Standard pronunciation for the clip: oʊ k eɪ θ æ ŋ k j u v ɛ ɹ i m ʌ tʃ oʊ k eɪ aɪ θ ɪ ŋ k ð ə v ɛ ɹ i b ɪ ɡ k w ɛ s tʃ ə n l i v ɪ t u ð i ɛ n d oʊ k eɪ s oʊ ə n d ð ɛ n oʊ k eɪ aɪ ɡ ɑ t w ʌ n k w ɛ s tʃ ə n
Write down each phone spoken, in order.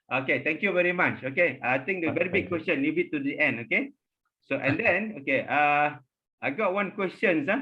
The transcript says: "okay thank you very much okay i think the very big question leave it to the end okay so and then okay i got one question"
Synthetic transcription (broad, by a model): oʊ k eɪ t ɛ ŋ k j u v ɛ ɹ i m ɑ tʃ oʊ k eɪ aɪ t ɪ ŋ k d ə v ɛ ɹ i b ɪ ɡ k w ɛ s tʃ ə n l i b ɪ t u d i ɛ n d oʊ k eɪ s oʊ ə n d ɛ n oʊ k eɪ aɪ ɡ ɑ t w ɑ n k w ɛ s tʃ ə n